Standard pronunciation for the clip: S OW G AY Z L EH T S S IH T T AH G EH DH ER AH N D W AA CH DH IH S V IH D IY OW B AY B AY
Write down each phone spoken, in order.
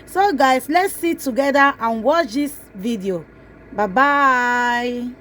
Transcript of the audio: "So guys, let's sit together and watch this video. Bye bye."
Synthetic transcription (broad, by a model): S OW G AY S L EH T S S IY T T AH G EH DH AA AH N W AA CH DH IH S V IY D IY OW B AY B AY